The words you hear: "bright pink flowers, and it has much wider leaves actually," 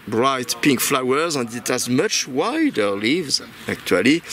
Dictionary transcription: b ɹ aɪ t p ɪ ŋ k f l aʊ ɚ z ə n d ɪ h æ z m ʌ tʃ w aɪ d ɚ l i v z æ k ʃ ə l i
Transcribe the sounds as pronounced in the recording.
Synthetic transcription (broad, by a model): b ɹ aɪ t p ɪ ŋ k f l aʊ ɚ z ə n d ɪ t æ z m ʌ tʃ w aɪ d ɚ l i v z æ k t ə l i